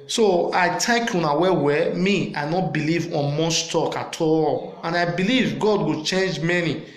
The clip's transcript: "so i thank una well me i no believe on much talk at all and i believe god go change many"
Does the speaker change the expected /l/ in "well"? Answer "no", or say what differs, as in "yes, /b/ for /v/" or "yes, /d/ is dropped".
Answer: yes, /w/ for /l/